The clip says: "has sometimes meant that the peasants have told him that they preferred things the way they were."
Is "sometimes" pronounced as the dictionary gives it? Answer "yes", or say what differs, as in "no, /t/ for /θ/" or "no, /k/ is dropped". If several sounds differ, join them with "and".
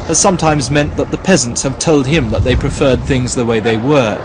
yes